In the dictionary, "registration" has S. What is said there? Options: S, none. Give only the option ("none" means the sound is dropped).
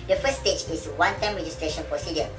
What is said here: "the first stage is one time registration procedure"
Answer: S